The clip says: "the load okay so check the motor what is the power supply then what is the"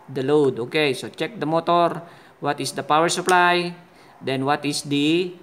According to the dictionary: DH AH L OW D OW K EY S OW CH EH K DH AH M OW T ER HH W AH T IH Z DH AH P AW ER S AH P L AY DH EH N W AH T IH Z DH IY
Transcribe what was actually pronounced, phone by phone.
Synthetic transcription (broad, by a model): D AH L OW D OW K EY S OW CH EH K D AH M OW T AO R W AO T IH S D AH P AW ER S AH P L AY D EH N W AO T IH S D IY